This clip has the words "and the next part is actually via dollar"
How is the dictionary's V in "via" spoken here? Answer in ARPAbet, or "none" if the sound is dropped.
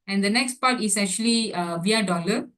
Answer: V